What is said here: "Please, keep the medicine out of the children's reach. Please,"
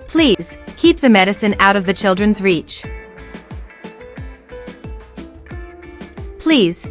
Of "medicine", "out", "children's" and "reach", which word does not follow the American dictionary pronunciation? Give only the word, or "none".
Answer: none